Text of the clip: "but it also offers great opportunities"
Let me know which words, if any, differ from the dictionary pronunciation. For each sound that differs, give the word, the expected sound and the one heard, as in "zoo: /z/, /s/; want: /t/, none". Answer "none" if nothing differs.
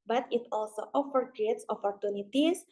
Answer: offers: /z/, none